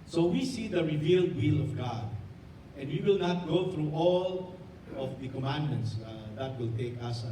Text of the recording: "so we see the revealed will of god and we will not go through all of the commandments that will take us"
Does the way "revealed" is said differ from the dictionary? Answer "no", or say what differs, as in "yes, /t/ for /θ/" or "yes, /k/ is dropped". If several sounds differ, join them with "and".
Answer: no